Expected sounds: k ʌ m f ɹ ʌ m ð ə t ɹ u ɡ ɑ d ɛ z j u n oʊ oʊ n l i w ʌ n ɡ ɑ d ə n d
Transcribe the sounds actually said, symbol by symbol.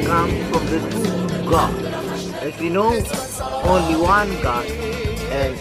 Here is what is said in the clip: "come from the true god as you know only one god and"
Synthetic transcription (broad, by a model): k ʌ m f ɹ ʌ m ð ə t u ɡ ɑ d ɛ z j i n oʊ oʊ n l i w ʌ n ɡ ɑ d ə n